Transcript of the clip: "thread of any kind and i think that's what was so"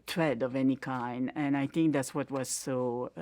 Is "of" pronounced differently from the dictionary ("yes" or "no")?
no